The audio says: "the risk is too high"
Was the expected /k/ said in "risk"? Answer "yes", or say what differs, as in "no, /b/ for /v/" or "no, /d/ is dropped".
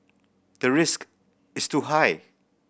yes